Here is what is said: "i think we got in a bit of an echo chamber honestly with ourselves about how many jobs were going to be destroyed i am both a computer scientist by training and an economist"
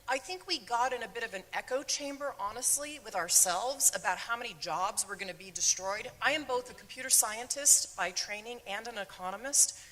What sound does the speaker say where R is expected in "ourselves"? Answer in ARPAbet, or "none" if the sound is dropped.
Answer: R